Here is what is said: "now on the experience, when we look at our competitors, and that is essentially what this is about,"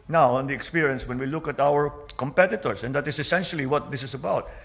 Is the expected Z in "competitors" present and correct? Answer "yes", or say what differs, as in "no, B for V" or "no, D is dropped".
no, S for Z